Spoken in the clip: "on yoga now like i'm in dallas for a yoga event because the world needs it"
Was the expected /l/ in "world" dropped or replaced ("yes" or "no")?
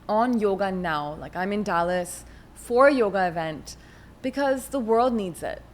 no